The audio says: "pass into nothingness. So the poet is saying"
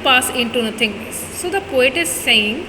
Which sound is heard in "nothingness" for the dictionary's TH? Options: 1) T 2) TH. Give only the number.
1